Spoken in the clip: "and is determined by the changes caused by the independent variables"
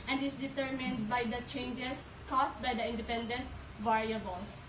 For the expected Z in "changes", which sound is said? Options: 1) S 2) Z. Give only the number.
1